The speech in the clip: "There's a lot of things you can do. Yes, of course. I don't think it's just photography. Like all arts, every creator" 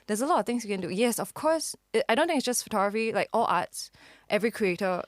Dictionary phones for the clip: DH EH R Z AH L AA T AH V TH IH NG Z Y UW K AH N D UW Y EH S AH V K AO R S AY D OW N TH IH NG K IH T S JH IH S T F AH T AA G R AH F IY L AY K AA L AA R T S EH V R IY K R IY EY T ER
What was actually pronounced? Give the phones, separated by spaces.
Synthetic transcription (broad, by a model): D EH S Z AH L AA T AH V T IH NG S Y UW K AH N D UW Y EH S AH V K AO S AY D OW N T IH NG IH T S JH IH S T F AH T AA G R AH F IY L AY K AA L AA T S EH V R IY K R IY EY T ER